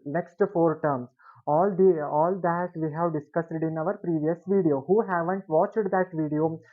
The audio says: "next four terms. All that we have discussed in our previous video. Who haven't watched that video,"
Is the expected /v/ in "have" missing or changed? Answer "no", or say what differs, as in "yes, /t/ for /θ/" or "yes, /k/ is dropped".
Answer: no